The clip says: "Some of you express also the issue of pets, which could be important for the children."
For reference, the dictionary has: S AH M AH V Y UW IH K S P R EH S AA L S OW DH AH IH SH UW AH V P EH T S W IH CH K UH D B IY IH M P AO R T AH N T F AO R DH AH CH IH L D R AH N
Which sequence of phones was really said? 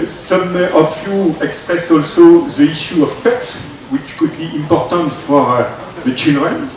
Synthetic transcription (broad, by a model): S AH M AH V Y UW IH K S P R EH S AA L S OW DH AH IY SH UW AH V P EH T S W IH CH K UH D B IY IH M P AO R T AH N T F AO R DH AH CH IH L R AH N